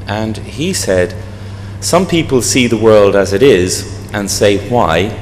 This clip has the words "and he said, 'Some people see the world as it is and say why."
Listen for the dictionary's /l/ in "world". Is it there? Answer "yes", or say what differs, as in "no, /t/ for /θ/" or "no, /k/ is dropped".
yes